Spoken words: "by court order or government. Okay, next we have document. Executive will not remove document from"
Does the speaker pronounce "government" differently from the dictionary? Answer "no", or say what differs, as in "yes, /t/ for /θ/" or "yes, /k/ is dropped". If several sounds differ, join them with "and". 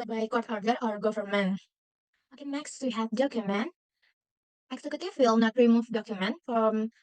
yes, /f/ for /v/ and /t/ is dropped